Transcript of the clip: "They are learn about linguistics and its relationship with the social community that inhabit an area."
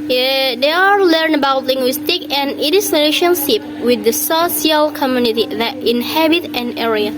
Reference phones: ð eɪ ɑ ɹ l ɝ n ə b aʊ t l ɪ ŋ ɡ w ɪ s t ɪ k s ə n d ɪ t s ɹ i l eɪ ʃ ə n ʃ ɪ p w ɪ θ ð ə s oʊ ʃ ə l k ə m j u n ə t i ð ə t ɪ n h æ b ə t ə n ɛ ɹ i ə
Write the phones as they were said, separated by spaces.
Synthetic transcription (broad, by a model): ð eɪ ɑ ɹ l ɝ n ə b aʊ t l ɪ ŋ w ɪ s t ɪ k ə n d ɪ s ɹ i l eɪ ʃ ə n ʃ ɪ p w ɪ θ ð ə s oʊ s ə l k ə m j u n ə t i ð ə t ɪ n h æ b ə t ə n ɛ ɹ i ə